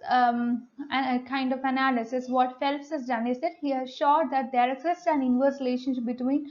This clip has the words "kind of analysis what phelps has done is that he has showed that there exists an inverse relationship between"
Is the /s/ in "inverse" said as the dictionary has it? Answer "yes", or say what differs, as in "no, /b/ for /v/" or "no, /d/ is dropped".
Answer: no, /s/ is dropped